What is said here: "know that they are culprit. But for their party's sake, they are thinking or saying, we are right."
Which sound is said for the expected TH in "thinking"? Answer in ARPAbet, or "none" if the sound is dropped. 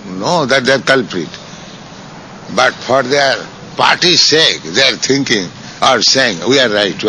T